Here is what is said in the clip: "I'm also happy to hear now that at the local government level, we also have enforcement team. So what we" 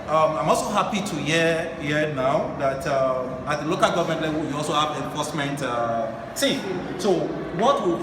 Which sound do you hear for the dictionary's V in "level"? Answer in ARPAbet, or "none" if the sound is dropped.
W